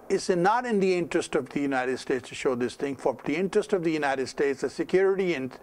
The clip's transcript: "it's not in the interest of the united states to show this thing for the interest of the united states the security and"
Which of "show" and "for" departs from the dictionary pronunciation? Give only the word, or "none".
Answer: none